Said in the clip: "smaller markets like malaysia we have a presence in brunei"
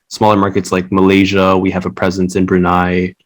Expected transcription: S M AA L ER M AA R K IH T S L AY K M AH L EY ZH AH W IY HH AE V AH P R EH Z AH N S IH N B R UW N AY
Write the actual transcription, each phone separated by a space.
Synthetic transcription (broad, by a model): S M AA L ER M AA R K IH T S L AY K M AH L EY ZH AH W IY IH V AH P R EH Z AH N S IH N B R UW N AY